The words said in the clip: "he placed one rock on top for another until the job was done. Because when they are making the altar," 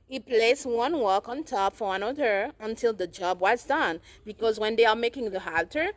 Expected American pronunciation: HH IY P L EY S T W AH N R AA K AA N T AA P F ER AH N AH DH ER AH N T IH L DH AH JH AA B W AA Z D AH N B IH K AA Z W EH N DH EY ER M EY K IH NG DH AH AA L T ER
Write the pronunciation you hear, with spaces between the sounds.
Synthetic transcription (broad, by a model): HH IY P L EY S W AH N W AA K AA N T AA P F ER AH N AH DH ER AH N T IH L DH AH JH AA B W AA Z D AH N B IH K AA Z W EH N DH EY ER M EY K IH NG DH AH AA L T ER